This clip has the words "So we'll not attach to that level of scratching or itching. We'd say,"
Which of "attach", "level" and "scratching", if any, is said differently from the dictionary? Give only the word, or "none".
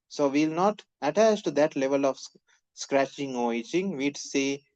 none